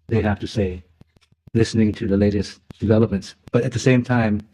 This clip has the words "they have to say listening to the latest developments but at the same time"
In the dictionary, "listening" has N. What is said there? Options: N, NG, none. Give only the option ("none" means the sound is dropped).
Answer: N